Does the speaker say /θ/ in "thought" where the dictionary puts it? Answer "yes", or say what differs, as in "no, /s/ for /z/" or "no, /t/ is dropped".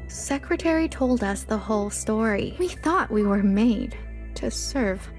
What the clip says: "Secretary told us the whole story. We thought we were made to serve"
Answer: yes